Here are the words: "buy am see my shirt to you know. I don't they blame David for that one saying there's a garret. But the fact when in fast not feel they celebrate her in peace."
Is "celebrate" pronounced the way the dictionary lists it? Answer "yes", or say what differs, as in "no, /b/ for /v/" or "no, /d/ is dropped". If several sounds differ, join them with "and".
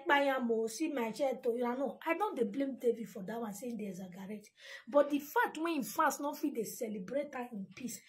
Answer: yes